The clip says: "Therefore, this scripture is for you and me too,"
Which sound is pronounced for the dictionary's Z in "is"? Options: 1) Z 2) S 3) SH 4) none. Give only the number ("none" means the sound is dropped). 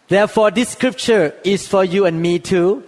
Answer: 2